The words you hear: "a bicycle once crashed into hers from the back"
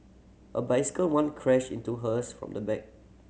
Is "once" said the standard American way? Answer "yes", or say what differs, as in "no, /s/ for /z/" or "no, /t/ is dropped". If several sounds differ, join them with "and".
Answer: no, /s/ is dropped